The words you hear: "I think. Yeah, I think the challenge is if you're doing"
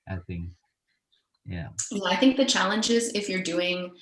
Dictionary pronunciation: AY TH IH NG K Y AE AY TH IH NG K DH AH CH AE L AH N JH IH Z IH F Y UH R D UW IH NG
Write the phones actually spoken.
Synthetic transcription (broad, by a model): AY TH IH NG K Y AE AY TH IH NG K DH AH CH AE L AH N JH IH Z IH F Y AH R D UW IH NG